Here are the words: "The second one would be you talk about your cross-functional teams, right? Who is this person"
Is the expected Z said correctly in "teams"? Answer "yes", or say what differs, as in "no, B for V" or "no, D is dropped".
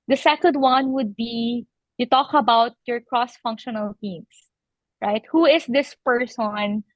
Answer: no, S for Z